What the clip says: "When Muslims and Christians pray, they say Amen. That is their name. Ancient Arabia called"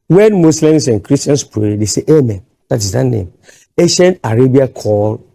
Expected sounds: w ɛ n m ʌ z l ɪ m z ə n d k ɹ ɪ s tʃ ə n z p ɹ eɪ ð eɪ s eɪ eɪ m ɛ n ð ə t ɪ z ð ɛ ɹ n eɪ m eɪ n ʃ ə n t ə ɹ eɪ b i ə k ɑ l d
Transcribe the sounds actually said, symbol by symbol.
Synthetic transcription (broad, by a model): w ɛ n m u s l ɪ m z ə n k ɹ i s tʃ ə n s p ɹ eɪ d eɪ s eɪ eɪ m ɛ n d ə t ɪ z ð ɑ n eɪ m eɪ ʃ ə n ə ɹ eɪ b i ə k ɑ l